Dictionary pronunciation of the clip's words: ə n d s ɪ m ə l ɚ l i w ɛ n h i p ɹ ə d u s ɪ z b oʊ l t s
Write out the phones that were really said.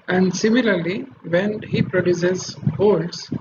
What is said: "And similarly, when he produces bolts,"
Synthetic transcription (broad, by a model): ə n d s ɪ m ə l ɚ l i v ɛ n h i p ɹ ə d u s ɪ z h oʊ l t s